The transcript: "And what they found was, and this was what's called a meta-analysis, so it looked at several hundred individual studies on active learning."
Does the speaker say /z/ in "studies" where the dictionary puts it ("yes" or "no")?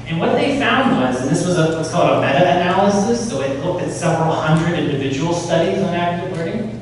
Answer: yes